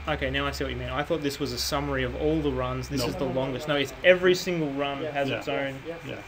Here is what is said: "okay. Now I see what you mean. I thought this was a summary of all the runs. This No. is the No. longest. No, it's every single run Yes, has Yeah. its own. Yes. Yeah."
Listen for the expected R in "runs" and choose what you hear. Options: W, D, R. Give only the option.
R